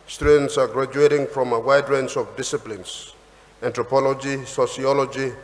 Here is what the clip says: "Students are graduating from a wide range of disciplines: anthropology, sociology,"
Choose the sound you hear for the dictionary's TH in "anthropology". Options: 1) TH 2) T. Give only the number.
2